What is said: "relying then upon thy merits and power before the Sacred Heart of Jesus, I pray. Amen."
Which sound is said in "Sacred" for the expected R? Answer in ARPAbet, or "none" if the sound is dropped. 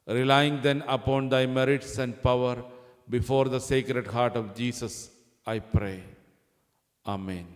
R